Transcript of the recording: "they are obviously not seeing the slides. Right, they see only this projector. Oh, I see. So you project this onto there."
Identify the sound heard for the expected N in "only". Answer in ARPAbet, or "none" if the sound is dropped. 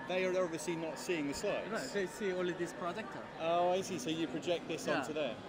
none